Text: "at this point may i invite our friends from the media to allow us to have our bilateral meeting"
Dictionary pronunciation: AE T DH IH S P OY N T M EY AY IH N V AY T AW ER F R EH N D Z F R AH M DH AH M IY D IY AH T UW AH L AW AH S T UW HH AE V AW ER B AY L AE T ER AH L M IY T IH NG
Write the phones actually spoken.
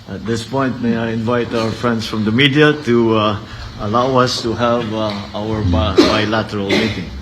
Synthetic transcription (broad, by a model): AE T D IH S P OY N T M EY AY IH N V AY T AW ER F R EH N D S F R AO M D AH M IY D IY AH T UW AH L AW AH S T UW HH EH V AW ER B AY L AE T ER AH L M IY T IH NG